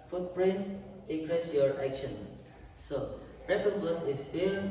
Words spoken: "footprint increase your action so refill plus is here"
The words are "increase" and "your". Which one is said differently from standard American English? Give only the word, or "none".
increase